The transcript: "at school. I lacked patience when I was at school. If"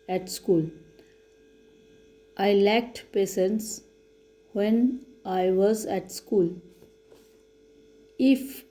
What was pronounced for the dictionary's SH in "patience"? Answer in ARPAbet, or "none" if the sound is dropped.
S